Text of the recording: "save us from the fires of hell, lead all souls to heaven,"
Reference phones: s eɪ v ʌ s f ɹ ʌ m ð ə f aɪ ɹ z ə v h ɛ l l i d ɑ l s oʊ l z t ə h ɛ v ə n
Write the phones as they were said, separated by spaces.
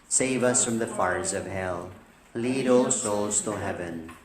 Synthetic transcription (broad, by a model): s eɪ v ʌ s f ɹ ʌ m ð ə f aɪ ɹ z ə v h ɛ l l i d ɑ l s oʊ l z t ə h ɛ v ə n